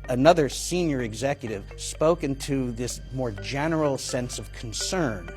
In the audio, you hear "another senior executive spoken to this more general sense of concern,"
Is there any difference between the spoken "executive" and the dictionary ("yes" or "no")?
no